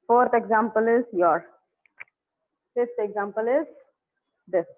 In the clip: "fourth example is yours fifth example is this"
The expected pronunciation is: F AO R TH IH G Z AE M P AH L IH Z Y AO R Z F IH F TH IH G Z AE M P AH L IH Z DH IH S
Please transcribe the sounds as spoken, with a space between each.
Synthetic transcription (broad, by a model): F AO R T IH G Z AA M P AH L IH Z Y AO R F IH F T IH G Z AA M P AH L IH Z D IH S